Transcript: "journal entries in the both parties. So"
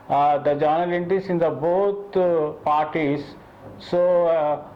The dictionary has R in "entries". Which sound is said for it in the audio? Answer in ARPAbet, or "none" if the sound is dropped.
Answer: none